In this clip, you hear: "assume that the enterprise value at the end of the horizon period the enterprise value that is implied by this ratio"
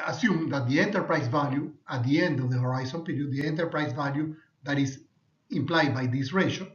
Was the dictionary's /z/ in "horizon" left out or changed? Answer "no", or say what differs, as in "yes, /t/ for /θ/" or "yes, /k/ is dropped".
yes, /s/ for /z/